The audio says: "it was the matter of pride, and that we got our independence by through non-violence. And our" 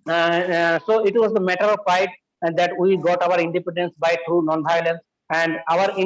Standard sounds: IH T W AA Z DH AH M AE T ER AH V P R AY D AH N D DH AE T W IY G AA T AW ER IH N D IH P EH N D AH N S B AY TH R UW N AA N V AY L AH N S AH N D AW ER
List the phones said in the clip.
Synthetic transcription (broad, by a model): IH T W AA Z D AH M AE T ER AH V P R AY AH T D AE T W IY G AA T AW ER IH N D IH P EH N D AH N S B AY T R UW N AA N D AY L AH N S AH N D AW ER